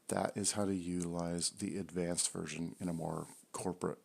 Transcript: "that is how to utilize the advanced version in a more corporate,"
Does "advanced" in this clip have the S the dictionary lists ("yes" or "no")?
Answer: yes